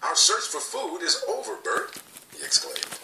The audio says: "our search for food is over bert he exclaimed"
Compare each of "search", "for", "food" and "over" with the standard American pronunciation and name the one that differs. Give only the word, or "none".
none